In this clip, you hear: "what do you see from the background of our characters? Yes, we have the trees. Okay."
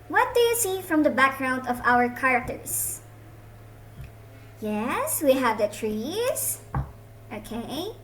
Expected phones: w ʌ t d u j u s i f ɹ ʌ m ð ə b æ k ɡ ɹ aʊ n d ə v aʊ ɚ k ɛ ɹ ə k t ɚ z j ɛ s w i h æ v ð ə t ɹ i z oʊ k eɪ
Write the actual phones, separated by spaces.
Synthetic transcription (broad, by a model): w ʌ t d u j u s i f ɹ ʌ m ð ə b æ k ɡ ɹ aʊ n d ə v aʊ ɚ k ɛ ɹ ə k t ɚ s j ɛ s w i h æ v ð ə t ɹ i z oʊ k eɪ